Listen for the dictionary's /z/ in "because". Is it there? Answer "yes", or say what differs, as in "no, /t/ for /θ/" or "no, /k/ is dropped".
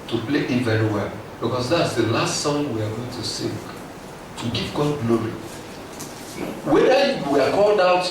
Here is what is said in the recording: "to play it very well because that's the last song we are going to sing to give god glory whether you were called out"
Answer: no, /s/ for /z/